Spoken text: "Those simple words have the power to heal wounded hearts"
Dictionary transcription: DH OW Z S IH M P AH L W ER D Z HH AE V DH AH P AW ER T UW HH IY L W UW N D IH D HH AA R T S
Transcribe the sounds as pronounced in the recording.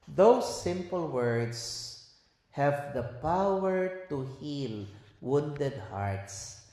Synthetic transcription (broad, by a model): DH OW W S IH M P AH L W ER D S HH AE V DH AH P AW ER T UW HH IY L W UW N D IH D HH AA R T S